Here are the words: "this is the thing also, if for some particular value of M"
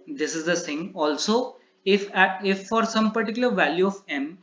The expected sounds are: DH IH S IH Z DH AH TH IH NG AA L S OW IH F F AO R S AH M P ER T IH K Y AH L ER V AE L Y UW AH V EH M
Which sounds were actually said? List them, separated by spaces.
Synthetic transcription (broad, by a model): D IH S IH Z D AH S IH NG AA L S OW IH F F AO R S AH M P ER T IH K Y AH L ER V AE L Y UW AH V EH M